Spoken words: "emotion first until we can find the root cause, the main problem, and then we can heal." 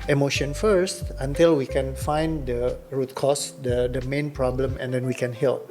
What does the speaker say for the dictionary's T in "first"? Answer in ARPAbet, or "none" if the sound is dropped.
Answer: T